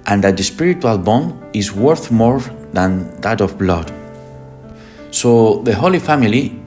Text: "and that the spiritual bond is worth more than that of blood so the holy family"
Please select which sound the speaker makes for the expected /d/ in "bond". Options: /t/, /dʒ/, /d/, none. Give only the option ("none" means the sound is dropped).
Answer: none